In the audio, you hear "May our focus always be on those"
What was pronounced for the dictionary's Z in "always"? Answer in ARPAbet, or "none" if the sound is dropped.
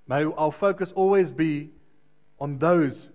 Z